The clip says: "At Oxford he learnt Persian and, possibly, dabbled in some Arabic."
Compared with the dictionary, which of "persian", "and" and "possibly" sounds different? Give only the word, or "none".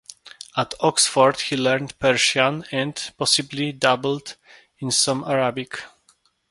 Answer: persian